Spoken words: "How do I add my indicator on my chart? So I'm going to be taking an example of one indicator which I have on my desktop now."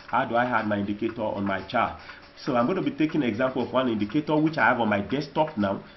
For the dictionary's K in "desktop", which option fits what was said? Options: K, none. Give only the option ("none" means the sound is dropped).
none